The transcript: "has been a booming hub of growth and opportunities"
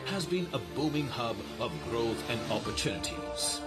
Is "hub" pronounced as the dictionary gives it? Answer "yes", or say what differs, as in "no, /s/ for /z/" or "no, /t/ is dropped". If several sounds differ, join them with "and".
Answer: yes